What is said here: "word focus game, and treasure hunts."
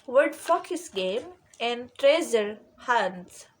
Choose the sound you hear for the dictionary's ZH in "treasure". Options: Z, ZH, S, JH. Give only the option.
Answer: Z